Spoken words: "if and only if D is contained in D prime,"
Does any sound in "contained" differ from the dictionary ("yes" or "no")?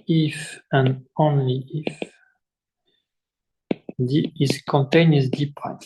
yes